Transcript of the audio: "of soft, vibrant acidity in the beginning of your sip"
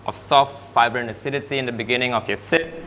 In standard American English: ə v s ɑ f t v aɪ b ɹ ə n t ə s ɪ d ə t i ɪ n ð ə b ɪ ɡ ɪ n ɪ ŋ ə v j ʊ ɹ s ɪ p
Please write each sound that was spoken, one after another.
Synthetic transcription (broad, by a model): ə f s ɑ f t f aɪ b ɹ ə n ə s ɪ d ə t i ɪ n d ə b ɪ ɡ ɪ n ɪ ŋ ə f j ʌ s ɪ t